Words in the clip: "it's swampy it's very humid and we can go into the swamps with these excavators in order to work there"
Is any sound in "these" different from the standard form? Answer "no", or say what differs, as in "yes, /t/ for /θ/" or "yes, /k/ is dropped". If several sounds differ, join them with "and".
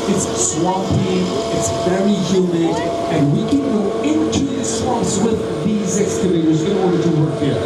no